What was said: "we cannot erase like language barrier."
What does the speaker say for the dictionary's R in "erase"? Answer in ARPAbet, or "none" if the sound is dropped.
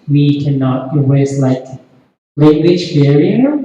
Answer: W